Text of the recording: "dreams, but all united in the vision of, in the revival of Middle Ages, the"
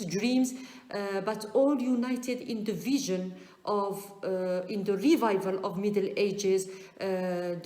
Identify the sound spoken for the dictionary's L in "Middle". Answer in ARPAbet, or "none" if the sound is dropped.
L